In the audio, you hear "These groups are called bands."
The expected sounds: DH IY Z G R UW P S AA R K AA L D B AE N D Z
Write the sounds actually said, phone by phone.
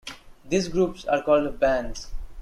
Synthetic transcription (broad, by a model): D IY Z G R UW P S AA R K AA L D B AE N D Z